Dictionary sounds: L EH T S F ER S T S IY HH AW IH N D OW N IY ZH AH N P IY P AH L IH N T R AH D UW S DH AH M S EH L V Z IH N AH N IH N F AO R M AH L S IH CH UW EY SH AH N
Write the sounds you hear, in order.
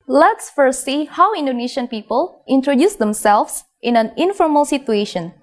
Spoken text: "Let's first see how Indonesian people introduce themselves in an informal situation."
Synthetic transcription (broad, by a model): L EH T S F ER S S IY HH AW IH N D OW N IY SH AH N P IY P AH L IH N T R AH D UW S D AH M S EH L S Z IH N AH N IH N F AO R M AH L S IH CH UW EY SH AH N